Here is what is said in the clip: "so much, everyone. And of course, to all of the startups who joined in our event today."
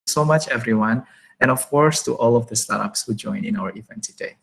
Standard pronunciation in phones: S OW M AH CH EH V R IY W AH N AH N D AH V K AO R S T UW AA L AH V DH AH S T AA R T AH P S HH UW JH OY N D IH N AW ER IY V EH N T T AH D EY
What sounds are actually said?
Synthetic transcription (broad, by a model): S OW M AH CH EH V R IY W AH N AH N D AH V K AO R S T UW AA L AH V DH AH S T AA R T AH P S HH UW JH OY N IH N AW ER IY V EH N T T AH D EY